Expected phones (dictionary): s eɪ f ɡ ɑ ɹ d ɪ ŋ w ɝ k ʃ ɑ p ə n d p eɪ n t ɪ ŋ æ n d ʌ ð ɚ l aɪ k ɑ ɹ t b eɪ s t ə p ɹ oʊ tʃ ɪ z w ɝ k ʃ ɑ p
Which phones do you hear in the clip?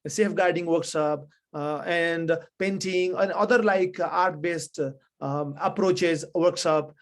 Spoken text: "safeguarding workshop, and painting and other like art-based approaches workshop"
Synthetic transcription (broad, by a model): s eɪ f ɡ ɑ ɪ d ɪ ŋ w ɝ k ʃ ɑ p ə n d p eɪ n t ɪ ŋ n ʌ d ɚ l aɪ k ɑ ɹ t b eɪ s t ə p ɹ oʊ tʃ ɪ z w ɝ k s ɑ p